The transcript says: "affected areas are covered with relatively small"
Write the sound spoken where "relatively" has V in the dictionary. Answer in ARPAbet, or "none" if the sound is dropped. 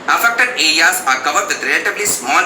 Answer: B